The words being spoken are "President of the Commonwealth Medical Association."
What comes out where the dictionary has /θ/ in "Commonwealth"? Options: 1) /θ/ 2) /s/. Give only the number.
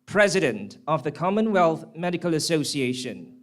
1